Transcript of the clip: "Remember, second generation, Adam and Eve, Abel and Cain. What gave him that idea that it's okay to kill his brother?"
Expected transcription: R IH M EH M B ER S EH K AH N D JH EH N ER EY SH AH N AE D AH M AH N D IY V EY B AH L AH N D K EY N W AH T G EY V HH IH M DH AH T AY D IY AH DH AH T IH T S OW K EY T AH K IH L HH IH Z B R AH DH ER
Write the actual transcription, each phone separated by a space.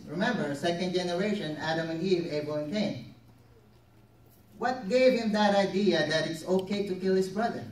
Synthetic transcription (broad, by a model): R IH M EH M B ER S EH K AH N D JH EH N ER EY SH AH N AE D AH M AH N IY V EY AH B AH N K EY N W AH T G EY V HH IH M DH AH T AY D IY AH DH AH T IH T S OW K EY T AH K IH L HH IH S B R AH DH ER